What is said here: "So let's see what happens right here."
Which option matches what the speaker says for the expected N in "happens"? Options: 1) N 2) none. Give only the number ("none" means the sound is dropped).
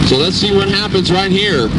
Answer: 1